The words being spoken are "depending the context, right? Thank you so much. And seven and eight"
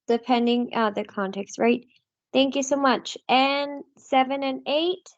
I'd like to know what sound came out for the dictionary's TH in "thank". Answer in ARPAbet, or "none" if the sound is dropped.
TH